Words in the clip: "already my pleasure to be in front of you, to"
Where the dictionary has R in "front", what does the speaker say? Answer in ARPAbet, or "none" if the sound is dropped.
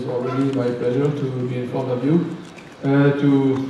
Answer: none